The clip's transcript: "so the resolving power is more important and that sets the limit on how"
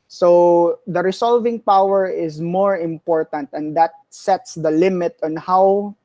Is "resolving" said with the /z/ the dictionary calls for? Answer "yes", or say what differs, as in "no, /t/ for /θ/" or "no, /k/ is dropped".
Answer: no, /s/ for /z/